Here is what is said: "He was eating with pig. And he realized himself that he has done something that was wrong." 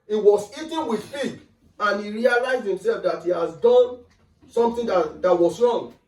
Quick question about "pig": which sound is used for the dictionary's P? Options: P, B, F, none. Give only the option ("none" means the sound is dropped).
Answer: F